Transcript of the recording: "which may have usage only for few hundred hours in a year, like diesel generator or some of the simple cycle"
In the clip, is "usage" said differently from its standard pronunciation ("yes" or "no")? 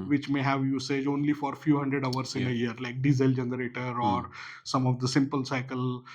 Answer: no